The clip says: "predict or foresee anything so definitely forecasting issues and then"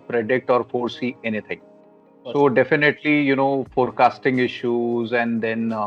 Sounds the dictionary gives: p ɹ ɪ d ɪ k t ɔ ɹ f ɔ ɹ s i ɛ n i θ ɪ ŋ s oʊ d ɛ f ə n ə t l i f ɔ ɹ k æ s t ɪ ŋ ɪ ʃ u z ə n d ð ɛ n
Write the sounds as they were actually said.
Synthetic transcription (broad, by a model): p ɹ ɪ d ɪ k t ɔ ɹ f ɔ ɹ s i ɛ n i t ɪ ŋ s oʊ d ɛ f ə n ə t l i f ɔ ɹ k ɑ s t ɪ ŋ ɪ ʃ u z ə n d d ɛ n